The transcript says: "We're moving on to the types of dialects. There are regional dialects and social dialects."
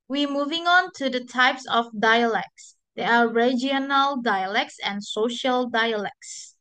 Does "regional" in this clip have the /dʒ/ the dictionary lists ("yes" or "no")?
no